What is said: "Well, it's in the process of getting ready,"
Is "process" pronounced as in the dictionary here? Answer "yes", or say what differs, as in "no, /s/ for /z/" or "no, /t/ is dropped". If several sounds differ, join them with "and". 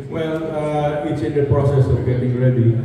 yes